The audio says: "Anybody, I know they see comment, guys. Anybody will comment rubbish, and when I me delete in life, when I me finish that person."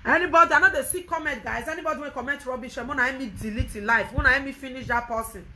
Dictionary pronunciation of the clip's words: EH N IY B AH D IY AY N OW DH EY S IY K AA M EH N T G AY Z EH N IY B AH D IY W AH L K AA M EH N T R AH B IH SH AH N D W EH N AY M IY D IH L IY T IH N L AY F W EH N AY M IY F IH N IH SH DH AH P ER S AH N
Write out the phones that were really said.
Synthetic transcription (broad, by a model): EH N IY B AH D IY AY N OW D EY S IY K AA M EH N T G AY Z EH N IY B AH D IY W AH N K AA M EH N T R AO B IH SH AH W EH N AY M IY D IH L IY T IH N L AY F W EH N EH M IY F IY N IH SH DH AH P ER S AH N